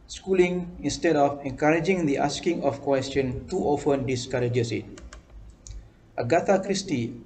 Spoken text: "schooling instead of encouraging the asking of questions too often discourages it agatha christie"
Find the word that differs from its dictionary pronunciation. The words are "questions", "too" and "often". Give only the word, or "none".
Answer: questions